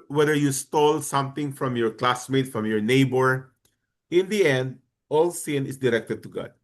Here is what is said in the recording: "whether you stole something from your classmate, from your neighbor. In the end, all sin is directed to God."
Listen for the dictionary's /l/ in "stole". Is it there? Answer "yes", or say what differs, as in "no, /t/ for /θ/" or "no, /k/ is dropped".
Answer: yes